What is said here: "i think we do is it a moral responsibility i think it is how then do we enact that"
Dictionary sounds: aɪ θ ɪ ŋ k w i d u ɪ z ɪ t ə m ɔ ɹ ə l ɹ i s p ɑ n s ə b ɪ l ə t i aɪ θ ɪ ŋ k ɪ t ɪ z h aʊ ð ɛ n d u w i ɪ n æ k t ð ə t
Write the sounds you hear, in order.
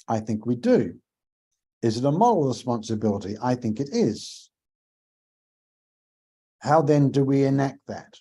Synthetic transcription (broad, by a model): aɪ θ ɪ ŋ k w i d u ɪ z ɪ t ə m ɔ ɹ l ɹ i s p ɑ n s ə b ɪ l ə t i aɪ θ ɪ ŋ k ɪ t ɪ z h aʊ ð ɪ n d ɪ w i ɪ n æ k t ð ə t